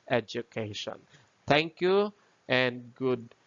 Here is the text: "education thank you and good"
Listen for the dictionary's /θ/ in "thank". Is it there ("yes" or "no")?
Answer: no